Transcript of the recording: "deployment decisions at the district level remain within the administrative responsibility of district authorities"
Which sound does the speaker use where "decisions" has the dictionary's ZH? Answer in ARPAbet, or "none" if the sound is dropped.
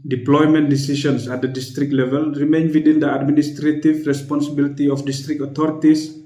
SH